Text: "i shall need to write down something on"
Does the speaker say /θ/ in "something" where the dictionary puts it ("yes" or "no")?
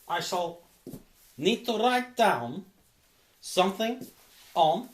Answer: yes